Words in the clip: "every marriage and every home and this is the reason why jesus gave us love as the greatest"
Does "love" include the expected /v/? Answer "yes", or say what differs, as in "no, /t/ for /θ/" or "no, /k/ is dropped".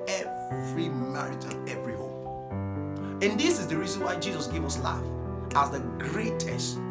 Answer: no, /f/ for /v/